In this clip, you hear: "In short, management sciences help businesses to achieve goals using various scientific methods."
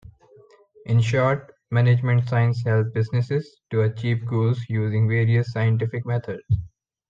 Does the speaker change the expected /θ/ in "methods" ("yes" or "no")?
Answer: yes